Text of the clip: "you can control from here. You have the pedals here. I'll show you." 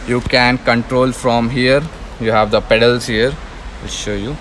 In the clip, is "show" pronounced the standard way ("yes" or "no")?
yes